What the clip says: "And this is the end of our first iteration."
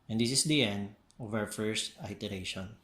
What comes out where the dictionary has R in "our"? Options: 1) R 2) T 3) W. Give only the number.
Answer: 3